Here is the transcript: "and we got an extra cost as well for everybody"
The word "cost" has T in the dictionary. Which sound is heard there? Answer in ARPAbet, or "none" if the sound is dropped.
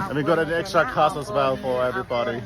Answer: none